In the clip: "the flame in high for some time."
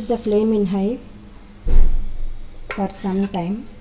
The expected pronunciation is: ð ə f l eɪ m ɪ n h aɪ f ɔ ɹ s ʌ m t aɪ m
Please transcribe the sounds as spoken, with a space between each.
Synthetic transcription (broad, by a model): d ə f l eɪ m ɪ n h aɪ f ɔ ɹ s ʌ m t aɪ m